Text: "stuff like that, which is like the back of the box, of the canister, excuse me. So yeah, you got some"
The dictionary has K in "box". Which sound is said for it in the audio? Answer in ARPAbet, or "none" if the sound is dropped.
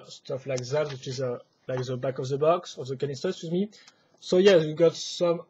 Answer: K